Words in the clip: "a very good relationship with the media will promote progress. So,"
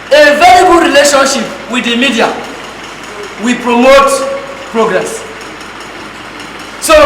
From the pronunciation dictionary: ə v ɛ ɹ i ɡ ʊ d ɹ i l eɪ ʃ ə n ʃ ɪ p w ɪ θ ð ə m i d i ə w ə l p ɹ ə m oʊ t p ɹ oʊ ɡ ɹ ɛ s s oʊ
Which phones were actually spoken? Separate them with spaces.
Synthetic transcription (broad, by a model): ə v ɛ l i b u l ɹ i l eɪ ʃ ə n ʃ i p w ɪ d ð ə m i d i ə w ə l p ɹ ə m oʊ t p ɹ oʊ ɡ ɹ ɛ s s oʊ